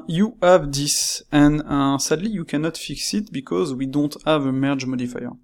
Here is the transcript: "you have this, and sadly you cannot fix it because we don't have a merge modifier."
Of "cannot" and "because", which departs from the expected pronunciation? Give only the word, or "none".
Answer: none